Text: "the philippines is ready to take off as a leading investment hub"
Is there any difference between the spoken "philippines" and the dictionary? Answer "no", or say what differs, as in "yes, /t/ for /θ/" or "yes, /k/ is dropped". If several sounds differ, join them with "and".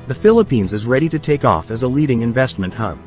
no